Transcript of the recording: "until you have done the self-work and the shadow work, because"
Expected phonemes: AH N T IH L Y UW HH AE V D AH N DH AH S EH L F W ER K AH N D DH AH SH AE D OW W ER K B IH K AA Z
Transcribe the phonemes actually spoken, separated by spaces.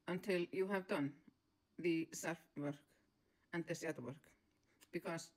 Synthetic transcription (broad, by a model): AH N T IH L Y UW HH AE V D AH N DH AH S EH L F W ER K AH N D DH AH S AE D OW W ER K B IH K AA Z